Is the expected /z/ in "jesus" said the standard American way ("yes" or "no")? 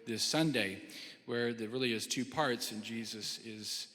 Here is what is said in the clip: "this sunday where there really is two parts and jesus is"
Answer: yes